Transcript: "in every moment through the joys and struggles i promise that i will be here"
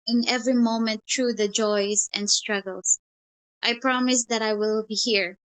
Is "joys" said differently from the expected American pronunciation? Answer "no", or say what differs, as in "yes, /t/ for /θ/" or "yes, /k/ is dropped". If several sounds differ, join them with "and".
no